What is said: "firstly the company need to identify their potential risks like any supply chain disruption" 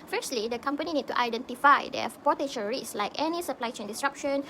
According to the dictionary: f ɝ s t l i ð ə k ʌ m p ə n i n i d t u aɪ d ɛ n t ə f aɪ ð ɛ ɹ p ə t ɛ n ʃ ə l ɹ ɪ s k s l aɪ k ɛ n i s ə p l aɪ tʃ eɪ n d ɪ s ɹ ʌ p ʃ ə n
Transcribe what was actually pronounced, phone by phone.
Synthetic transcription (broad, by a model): f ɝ s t l i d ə k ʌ m p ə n i n i d t u aɪ d ɛ n t ə f aɪ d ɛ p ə t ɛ ʃ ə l ɹ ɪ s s l aɪ k ɛ n i s ə p l aɪ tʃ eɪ n d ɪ s ɹ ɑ p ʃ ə n